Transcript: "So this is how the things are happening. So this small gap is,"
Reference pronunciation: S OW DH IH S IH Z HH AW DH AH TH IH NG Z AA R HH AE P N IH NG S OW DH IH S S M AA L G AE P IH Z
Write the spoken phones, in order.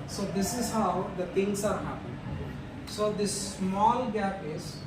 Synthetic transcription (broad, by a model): S OW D IH S IH Z HH AW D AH T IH NG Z AA R HH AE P IH S OW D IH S S M AA L G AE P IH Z